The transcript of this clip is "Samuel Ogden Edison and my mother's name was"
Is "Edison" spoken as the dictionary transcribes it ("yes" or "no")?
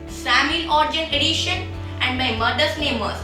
no